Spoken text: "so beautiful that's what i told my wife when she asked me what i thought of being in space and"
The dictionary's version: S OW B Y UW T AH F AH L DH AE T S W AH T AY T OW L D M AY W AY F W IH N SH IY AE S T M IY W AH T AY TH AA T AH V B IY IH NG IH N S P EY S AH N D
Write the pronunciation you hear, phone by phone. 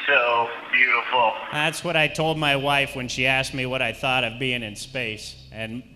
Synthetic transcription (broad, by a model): S OW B Y UW T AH F L DH AE T S W AH T AY T OW L D M AY W AY F W IH N SH IY AE S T M IY W AH T AY TH AA T AH V B IY IH NG IH N S P EY S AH N